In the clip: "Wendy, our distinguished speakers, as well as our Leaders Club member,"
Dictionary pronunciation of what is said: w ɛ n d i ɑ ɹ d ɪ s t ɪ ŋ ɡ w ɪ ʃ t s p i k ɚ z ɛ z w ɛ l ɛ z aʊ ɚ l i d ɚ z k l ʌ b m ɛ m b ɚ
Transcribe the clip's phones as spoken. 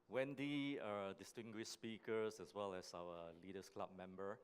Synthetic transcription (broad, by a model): w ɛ n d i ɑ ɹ d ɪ s t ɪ ŋ ɡ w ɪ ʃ s p i k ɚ s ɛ s w ɛ l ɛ s aʊ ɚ l i d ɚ s k l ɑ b m ɛ m b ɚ